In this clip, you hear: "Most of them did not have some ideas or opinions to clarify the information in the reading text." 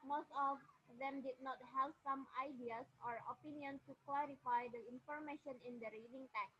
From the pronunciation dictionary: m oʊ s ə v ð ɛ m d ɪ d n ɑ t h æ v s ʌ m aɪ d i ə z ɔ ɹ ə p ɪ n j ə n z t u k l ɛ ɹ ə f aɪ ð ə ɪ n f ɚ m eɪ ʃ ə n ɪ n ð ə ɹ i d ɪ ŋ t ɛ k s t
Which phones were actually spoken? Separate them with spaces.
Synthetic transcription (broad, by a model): m oʊ s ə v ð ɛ m d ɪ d n ɑ t h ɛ p s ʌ m aɪ d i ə s ɔ ɹ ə p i n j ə n s t u k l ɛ ɹ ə f aɪ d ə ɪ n f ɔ m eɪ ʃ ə n ɪ n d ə ɹ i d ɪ ŋ t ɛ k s